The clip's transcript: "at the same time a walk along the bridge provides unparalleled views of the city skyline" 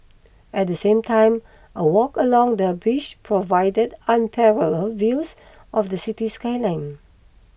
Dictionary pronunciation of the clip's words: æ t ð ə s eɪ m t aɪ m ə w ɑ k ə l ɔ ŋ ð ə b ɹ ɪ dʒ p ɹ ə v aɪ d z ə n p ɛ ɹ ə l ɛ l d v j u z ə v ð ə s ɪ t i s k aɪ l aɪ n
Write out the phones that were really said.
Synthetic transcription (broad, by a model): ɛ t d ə s eɪ m t aɪ m ə w ɑ k ə l ɔ ŋ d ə b ɪ ʃ p ɹ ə v aɪ d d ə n p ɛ ɹ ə l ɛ l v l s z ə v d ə s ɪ t i s k aɪ l aɪ n